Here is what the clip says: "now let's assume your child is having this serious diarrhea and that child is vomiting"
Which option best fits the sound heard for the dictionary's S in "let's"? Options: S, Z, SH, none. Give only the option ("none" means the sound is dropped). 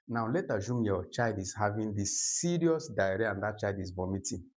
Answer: none